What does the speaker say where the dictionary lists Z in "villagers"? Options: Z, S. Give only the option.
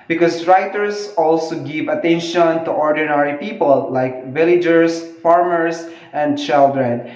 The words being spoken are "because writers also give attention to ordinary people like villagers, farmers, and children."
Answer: S